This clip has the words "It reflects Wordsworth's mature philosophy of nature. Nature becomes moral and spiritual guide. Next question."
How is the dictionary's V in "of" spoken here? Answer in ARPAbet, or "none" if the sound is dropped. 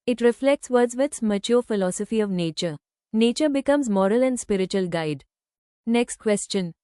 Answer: V